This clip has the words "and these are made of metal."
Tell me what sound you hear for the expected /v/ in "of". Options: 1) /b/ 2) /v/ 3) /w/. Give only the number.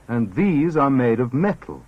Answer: 2